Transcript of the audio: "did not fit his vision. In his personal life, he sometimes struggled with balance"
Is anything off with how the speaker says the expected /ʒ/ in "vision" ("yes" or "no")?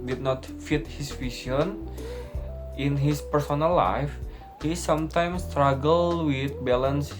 yes